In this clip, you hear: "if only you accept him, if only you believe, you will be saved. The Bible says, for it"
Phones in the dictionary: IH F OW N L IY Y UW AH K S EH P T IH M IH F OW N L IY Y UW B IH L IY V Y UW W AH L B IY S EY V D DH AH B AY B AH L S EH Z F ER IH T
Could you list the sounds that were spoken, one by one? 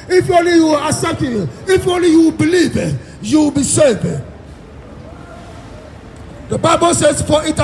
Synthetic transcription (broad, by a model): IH F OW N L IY Y UW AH S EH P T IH IH F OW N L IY Y UW B IH L IY V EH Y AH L B IY S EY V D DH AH B AY B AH S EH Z F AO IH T